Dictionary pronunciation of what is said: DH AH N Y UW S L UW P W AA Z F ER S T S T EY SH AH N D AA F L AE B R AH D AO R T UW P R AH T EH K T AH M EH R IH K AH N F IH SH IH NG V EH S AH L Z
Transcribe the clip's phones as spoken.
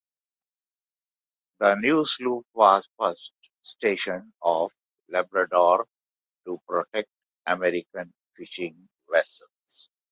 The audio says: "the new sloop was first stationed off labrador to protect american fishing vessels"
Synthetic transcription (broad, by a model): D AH N Y UW S L UW P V AA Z F ER S T S T EY SH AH N AA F L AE B R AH D AO R T UW P R AH T EH K T AH M EH R IH K AH N F IH SH IH NG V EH S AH L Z